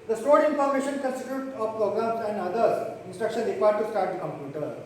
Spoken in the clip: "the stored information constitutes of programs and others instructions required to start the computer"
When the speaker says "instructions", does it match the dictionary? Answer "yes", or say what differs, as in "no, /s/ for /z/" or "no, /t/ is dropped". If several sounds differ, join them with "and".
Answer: no, /z/ is dropped